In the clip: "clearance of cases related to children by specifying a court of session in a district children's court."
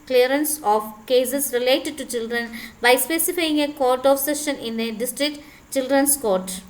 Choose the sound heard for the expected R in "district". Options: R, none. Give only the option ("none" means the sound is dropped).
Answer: R